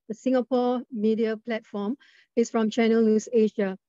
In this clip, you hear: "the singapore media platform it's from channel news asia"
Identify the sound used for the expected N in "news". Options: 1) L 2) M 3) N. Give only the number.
1